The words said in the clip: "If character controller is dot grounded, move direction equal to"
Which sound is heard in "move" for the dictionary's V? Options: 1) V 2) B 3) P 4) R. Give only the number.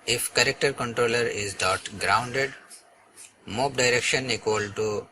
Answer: 3